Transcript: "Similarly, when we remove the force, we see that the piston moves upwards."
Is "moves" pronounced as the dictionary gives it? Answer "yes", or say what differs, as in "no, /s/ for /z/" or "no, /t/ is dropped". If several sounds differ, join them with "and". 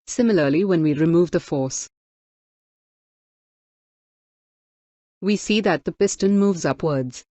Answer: yes